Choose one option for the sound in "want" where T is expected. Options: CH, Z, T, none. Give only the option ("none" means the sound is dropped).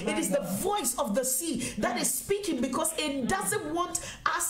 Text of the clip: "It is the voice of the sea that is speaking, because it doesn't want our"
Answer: T